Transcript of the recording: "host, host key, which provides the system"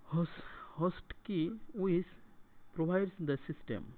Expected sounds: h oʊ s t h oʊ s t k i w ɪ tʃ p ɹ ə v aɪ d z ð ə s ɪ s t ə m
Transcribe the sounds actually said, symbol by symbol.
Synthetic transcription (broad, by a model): h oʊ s h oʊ s t k i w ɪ s p ɹ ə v aɪ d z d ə s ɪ s t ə m